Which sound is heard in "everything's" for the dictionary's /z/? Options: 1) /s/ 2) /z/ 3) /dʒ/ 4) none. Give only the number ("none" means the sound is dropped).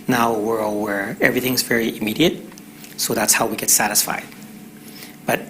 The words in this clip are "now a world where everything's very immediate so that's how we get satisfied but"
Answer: 2